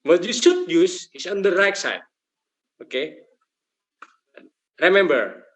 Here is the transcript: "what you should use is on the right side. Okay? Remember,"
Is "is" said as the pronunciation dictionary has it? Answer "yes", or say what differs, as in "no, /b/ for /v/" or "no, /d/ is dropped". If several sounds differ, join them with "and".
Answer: no, /s/ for /z/